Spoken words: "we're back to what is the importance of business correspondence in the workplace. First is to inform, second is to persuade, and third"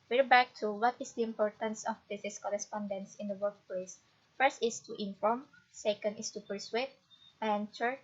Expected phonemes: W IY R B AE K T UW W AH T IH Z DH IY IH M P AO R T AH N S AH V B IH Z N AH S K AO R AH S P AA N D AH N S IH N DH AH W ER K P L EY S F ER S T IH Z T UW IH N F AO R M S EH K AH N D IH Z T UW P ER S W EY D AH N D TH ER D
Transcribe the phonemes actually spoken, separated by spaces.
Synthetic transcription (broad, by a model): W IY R B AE K T UW W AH T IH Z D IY IH M P AO R T AH N S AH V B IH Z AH S K AO R AH S P AA N D AH N S IH N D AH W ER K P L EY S F ER S T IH S T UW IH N F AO R M S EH K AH N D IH S T UW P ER S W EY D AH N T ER